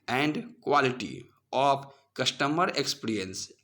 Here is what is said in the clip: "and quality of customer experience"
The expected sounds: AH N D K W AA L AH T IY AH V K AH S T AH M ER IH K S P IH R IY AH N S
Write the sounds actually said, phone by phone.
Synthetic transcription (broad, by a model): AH N D K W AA L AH T IY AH P K AH S T AH M ER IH K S P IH R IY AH N S